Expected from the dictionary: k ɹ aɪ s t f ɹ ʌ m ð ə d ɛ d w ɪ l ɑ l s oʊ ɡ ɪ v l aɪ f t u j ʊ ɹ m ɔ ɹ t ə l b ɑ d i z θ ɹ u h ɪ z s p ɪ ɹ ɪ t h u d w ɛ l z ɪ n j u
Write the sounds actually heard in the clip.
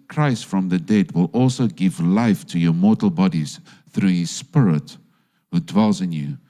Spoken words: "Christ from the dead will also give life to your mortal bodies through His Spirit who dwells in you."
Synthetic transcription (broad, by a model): k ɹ aɪ s t f ɹ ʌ m ð ə d ɛ d w ɪ l ɑ l s oʊ ɡ ɪ v l aɪ f t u j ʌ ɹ m ɔ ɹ t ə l b ɑ d i z θ ɹ u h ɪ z s p ɪ ɹ ɪ t h u d w ɛ l z ɪ n j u